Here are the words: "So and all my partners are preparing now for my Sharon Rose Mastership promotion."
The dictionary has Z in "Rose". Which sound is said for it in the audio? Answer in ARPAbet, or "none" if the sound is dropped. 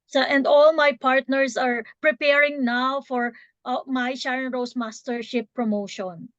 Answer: S